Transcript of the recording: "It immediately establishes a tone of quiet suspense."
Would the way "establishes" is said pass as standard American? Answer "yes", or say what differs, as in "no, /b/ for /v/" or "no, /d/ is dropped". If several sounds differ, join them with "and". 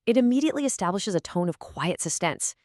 yes